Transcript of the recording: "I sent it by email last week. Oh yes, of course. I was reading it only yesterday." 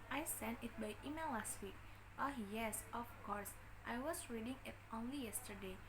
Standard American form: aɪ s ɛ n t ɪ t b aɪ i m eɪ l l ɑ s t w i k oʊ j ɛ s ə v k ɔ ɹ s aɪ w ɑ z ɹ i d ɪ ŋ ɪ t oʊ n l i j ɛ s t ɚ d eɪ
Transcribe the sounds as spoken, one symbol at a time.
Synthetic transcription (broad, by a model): aɪ s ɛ n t ɪ t b aɪ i m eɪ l l ɑ s t w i k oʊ j ɛ s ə f k ɔ ɹ s aɪ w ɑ s ɹ i d ɪ ŋ ɪ t oʊ n l i j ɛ s t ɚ d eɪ